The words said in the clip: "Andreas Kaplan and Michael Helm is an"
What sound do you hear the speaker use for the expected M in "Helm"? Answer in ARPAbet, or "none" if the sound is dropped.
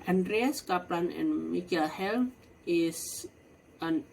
none